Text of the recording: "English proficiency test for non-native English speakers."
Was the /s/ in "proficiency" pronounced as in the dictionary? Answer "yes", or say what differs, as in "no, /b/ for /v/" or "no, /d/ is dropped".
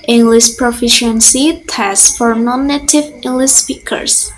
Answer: yes